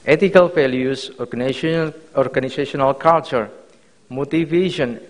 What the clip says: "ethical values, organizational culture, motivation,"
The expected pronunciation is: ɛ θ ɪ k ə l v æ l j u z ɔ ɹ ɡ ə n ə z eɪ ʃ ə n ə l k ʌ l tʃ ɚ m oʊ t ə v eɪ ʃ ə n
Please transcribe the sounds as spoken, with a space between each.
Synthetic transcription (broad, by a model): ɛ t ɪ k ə l f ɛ l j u s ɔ ɹ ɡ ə n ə s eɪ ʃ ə n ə l k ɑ l tʃ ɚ m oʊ t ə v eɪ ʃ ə n